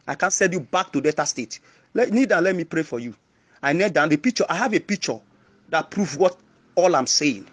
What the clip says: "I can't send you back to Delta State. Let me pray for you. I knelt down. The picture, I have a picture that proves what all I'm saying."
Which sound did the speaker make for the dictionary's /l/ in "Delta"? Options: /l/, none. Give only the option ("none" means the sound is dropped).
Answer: none